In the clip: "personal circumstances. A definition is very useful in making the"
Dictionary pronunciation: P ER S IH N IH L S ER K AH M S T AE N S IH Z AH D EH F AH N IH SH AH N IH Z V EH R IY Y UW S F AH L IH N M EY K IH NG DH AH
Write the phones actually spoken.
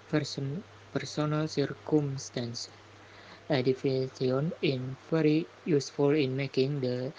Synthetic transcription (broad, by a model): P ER S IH N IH L S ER K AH M S T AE N S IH D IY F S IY AH N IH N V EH R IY Y UW S F AH L IH N M EY K IH NG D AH